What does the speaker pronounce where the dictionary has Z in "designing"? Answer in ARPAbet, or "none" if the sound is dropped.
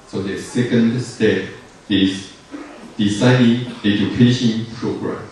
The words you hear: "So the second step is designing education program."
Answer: S